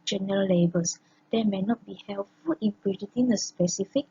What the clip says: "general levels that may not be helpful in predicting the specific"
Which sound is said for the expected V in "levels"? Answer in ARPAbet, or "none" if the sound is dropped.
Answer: B